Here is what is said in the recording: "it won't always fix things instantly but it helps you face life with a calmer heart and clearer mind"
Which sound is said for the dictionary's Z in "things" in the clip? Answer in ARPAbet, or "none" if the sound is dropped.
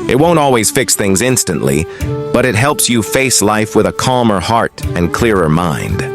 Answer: Z